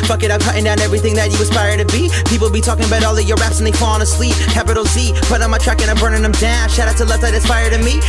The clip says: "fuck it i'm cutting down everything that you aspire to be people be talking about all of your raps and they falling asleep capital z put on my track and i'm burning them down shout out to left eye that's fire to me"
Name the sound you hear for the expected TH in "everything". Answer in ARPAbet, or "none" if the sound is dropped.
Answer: TH